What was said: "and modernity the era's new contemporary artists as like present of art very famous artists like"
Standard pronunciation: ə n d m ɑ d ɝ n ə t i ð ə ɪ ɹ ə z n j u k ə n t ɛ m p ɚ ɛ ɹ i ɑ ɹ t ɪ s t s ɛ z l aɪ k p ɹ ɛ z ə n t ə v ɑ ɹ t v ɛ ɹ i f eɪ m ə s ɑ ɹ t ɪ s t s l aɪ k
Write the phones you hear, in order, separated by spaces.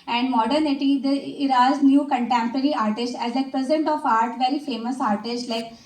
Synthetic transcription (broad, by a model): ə n d m ɑ d ɝ n ə t i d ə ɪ ɹ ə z n j u k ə n t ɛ m p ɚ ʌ ɹ i ɑ ɹ t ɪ s t ɛ z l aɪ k p ɹ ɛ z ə n t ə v ɑ ɹ t v ɛ ɹ i f eɪ m ə s ɑ ɹ t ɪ s t l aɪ k